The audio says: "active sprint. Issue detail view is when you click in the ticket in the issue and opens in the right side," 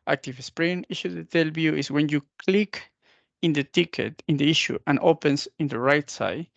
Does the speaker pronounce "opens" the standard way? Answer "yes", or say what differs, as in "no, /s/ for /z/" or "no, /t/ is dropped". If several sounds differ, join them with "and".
no, /s/ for /z/